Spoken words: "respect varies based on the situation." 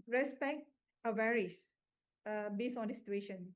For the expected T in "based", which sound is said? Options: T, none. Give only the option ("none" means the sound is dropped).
none